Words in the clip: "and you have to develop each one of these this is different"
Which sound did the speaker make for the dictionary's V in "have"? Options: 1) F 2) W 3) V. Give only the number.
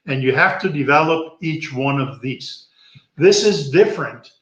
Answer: 1